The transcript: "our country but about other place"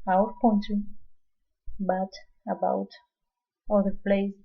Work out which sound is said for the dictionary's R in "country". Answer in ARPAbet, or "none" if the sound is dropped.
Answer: none